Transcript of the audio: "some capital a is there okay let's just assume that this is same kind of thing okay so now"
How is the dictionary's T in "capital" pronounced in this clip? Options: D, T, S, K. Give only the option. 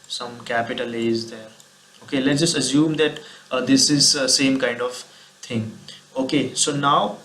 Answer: T